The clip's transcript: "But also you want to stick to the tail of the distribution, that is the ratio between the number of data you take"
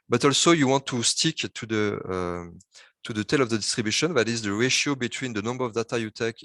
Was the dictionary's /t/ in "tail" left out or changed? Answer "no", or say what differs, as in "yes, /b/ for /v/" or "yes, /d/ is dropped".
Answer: no